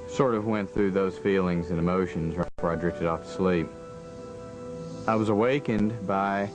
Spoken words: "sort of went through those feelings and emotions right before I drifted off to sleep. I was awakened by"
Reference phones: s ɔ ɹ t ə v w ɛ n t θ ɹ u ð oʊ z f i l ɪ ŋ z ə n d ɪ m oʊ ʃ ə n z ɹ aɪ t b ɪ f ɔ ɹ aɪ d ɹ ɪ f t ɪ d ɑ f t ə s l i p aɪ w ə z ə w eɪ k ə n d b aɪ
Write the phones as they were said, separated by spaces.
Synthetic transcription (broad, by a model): s ɔ ɹ t ə v w ɛ n θ ɹ u ð oʊ z f i l ɪ ŋ z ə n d ɪ m oʊ ʃ ə n z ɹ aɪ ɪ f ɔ ɹ aɪ d ɹ ɪ f t ɪ d ɑ f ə s l i p aɪ w ə z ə w eɪ k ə n b aɪ